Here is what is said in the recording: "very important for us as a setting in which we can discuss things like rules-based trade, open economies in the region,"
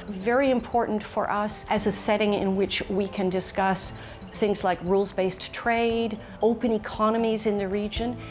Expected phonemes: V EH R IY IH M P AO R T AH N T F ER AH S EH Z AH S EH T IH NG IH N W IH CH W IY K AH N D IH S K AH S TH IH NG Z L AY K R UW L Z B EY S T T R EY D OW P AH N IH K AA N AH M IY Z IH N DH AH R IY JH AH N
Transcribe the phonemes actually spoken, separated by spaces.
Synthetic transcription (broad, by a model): V EH R IY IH M P AO R T N T F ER AH S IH Z AH S EH T IH NG IH N W IH CH W IY K AH N D IH S K AH S TH IH NG Z L AY K R UW L Z B EY S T T R EY D OW P AH N IH K AA N AH M IY Z IH N DH AH R IY JH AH N